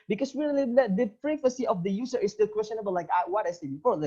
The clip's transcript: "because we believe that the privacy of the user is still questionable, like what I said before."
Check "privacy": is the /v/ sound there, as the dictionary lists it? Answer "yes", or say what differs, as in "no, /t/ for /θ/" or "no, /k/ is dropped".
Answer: no, /f/ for /v/